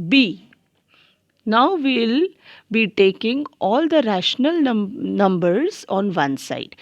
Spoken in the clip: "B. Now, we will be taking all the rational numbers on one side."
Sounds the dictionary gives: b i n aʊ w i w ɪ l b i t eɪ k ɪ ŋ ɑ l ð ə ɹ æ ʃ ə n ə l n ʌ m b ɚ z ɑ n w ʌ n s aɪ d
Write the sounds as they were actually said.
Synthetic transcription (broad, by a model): b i n aʊ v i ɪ l b i t eɪ k ɪ ŋ ɑ l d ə ɹ æ ʃ ə n ə l n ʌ m b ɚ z ɑ n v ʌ n s aɪ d